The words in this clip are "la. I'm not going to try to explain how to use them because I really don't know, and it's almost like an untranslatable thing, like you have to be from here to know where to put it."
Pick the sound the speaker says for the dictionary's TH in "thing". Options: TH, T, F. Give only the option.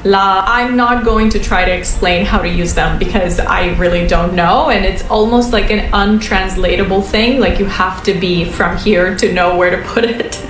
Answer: TH